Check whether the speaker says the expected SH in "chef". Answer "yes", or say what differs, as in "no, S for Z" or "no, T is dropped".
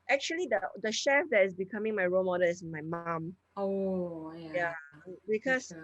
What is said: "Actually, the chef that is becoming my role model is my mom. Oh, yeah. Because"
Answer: yes